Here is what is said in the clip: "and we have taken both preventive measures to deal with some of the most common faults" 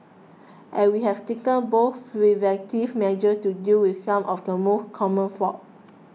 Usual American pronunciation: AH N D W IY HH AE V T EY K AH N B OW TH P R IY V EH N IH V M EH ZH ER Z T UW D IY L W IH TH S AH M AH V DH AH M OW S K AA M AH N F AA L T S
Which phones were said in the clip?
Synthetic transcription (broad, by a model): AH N W IY HH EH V T EY K AH N B OW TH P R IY V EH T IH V M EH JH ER S T UW D IY L W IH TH S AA M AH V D AH M OW S K AA M AH N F AA T